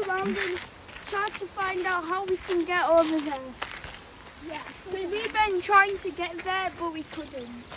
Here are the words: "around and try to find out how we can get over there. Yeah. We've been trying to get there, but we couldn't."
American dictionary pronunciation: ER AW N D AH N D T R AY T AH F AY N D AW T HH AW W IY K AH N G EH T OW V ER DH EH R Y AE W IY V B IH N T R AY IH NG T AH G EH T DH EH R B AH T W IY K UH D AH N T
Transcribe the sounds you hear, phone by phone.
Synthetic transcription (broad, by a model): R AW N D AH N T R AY T AH F AY N D AW T HH AW W IY K AH N G EH T OW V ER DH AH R Y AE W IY W B IH N T R AY IH NG T AH G EH T DH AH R B AH T W IY K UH D N T